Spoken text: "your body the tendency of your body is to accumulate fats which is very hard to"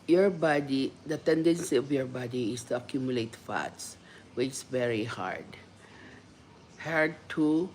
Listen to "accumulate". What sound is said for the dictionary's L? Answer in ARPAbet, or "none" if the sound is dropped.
L